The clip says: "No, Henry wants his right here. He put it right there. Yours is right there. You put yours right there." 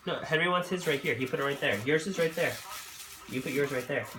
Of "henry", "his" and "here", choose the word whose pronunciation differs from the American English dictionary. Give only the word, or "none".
none